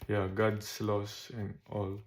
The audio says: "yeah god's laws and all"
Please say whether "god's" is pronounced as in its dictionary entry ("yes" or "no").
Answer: no